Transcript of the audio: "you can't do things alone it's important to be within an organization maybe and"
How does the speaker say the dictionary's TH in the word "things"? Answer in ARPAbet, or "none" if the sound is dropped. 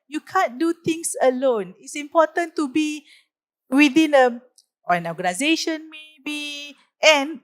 T